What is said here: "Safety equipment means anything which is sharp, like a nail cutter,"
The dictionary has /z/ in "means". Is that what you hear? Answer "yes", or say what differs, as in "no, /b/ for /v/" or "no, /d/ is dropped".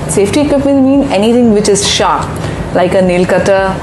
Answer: no, /z/ is dropped